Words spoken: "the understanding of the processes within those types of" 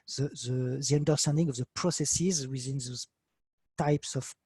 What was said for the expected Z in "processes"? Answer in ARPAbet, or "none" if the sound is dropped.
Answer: Z